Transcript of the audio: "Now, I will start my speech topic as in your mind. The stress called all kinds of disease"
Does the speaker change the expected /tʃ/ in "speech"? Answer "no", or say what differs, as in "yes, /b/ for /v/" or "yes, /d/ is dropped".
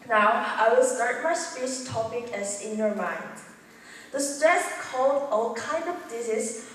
yes, /s/ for /tʃ/